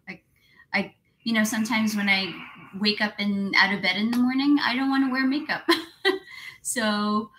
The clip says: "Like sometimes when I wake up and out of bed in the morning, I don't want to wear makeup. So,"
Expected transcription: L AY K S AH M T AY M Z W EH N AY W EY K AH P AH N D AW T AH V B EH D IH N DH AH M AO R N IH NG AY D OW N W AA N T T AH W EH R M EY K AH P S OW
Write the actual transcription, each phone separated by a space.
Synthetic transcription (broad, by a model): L AY K S AH M T AY M Z W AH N AY W EY K AH P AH N AW T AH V B EH D IH N DH AH M AO R N IH NG AY D OW N W AA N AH W EH R M EY K AH P S OW